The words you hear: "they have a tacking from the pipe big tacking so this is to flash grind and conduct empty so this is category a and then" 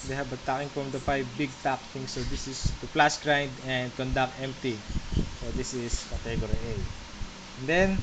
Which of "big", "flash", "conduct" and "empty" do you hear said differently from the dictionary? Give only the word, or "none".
flash